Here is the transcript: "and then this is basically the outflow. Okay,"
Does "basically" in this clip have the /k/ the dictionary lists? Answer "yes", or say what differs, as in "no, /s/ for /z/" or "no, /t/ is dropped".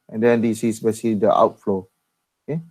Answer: no, /k/ is dropped